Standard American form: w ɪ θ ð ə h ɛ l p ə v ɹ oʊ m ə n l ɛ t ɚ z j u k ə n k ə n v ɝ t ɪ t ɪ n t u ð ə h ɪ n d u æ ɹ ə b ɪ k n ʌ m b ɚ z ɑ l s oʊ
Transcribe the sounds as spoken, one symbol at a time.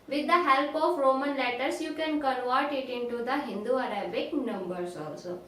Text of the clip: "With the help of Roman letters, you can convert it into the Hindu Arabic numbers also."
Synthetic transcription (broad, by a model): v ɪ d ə h ɛ l p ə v ɹ oʊ m ə n l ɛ t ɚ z j u k ə n k ə n v ɝ t ɪ t ɪ n t u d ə h ɪ n d u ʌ ɹ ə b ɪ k n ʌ m b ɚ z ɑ l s oʊ